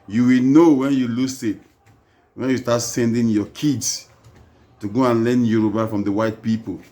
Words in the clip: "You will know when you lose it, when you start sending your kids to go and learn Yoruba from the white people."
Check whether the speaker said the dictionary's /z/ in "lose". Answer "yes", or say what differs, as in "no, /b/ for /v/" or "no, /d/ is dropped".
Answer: no, /s/ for /z/